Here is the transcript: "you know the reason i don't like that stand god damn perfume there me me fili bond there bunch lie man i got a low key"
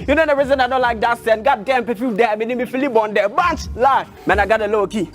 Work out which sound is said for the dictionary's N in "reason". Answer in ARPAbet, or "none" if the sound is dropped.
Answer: N